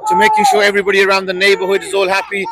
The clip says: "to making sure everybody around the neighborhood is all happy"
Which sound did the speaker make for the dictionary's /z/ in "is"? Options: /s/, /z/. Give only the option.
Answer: /z/